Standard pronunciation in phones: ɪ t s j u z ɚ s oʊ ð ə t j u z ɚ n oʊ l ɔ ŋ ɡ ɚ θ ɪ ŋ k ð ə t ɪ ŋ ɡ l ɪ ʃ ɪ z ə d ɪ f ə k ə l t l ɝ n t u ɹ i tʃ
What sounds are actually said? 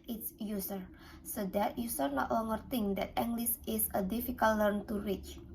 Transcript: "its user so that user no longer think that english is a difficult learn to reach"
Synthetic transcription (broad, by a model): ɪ t s j u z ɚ s oʊ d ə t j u s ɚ n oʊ l ɔ ŋ ɡ ɚ t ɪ ŋ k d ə t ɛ ŋ ɡ l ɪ s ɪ s ə d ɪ f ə k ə l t l ɝ n t u ɹ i tʃ